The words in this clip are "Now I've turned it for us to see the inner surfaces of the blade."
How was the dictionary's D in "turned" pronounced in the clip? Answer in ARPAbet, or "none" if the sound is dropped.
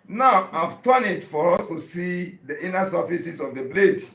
none